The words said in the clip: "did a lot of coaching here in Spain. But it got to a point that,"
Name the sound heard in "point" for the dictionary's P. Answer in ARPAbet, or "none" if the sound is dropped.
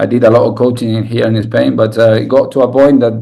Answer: B